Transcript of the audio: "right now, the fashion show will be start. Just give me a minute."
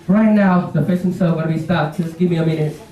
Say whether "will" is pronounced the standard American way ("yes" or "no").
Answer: no